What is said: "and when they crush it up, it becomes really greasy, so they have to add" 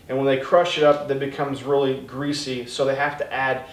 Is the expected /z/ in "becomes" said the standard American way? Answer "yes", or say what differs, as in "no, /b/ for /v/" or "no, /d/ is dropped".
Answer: yes